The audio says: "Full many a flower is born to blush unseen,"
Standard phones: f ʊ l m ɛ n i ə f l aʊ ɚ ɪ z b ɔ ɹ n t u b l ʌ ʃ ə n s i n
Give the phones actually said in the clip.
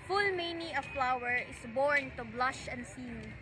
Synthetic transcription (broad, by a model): f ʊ l m ɛ n i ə f l aʊ ɚ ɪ s b ɔ ɹ n t u b l ʌ ʃ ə n s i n